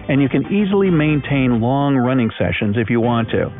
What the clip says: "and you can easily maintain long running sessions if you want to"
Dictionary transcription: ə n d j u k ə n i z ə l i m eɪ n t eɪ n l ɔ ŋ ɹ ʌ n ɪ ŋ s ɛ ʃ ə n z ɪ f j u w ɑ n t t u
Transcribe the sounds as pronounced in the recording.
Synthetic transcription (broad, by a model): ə n j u k ə n i z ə l i m eɪ n t eɪ n l ɔ ŋ ɹ ʌ n ɪ ŋ s ɛ ʃ ə n z ɪ f j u w ɑ n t t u